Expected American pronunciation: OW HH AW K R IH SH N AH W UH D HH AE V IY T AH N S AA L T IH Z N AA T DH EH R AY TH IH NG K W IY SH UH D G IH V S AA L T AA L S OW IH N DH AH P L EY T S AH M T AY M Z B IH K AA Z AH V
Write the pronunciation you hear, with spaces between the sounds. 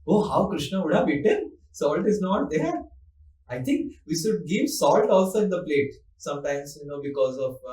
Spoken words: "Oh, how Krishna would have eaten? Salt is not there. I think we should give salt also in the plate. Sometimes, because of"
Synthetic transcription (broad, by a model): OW HH AW K R IH SH N AH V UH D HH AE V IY T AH N S AA L T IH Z N AA T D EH R AY T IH NG K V IY SH UH D G IH V S AA L T AA L S OW IH N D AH P L EY T S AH M T AY M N B IH K AA Z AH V